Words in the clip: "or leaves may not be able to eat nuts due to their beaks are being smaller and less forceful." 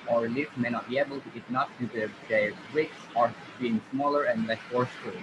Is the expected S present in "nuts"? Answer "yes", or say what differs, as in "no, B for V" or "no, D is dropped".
no, S is dropped